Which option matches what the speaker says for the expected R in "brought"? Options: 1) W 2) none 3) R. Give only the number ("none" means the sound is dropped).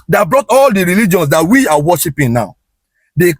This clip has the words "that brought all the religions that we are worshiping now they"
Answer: 3